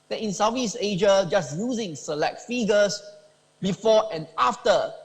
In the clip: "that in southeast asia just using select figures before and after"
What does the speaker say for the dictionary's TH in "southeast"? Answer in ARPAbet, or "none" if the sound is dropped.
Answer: F